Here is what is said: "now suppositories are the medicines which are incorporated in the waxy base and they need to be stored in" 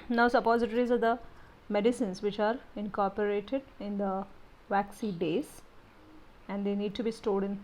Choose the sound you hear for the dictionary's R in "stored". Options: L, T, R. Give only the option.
L